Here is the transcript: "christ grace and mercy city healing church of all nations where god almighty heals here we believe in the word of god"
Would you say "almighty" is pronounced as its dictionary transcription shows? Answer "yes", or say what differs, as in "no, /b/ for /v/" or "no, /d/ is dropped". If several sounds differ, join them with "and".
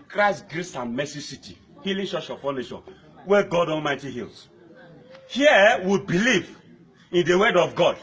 no, /n/ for /l/